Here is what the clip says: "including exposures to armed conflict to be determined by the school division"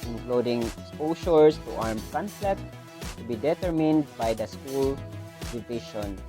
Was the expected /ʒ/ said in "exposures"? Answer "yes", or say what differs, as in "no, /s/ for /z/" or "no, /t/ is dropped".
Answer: no, /s/ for /ʒ/